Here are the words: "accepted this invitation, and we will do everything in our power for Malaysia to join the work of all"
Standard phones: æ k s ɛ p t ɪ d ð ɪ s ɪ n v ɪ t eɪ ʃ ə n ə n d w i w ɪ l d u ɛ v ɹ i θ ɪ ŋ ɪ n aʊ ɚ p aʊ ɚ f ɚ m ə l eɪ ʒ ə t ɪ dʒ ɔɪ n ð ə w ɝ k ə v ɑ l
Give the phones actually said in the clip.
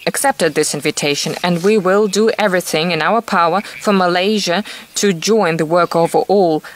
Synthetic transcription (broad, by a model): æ k s ɛ p t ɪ d ð ɪ s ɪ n v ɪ t eɪ ʃ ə n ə n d w i w ɪ l d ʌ ɛ v ɹ i θ ɪ ŋ ɪ n aʊ ɚ p aʊ ɚ f ɚ m ə l eɪ ʒ ə t ɪ dʒ ɔɪ n ð ə w ɝ k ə v ɑ l